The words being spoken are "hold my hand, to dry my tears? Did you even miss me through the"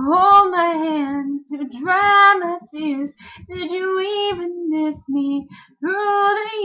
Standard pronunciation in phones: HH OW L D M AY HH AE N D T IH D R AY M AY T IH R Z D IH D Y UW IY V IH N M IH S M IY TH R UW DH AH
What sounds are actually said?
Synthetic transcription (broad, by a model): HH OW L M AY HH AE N T IH D R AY M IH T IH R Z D IH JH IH IY V IH N M IH S M IY TH R UW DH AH